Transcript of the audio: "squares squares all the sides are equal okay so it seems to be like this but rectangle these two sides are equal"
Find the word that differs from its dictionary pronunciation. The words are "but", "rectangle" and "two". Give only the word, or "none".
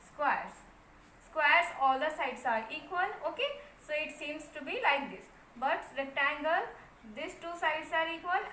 rectangle